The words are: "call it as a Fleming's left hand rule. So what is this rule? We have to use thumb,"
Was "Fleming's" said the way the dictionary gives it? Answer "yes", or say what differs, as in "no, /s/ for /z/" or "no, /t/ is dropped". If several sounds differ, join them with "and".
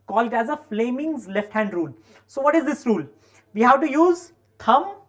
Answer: yes